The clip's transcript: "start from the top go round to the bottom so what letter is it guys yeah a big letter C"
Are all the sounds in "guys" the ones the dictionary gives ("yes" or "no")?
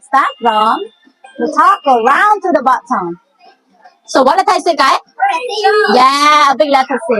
no